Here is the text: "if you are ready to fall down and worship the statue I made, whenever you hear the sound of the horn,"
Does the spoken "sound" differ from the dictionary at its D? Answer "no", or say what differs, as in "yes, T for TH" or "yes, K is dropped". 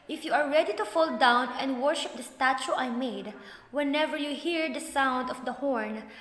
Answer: no